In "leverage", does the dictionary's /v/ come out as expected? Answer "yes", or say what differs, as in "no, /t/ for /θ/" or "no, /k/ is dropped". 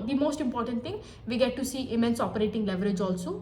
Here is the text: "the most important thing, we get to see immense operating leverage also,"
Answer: yes